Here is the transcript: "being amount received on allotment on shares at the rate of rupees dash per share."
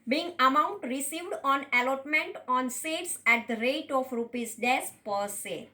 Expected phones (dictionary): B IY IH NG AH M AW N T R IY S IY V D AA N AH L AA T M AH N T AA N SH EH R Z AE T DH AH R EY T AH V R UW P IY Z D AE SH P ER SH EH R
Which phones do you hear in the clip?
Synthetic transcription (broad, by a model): B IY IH NG AH M AW N T R IY S IY V D AA N AH L AA T M AH N T AA N S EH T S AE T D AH R EY T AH F R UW P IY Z D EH S P ER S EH